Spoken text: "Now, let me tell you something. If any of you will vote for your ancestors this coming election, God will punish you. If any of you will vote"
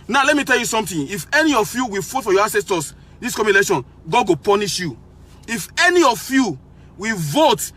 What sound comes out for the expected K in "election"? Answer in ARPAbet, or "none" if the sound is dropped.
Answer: none